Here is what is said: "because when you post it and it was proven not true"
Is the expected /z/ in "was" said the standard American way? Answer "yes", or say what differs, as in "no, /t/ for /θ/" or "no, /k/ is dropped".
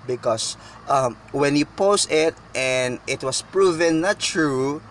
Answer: no, /s/ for /z/